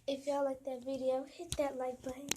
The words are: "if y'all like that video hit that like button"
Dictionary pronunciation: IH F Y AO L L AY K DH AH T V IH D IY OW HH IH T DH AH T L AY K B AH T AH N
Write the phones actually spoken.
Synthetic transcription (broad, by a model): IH F Y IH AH L AY K DH AH T V IH D IY OW HH IH T DH AH T L AY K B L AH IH